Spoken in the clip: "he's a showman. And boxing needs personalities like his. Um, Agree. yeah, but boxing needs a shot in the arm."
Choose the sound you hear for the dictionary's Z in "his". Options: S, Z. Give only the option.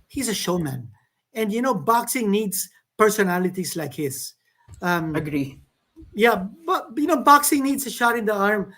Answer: S